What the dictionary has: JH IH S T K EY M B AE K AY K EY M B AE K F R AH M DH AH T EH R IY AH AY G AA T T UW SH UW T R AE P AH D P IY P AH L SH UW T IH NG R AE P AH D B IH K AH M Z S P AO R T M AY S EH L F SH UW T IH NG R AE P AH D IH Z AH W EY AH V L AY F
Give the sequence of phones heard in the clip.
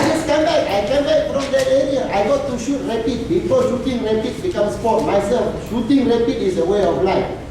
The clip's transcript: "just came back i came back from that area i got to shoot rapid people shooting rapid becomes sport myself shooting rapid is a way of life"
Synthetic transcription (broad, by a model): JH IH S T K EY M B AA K AY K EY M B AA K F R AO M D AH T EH R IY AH AY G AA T T UW SH UW T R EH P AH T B IY F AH SH UW T IH NG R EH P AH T B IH K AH M S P AO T M AY S EH L F SH UW T IH NG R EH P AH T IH S AH W EY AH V L AY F